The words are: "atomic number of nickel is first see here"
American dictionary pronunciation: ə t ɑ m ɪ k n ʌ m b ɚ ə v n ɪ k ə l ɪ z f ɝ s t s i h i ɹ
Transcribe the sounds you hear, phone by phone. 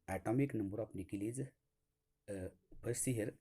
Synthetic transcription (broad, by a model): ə t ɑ m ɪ k n ʌ m b ɚ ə p n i k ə l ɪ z p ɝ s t s i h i ɹ